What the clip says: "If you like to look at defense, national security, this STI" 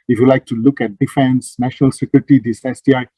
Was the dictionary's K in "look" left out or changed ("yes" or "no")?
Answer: no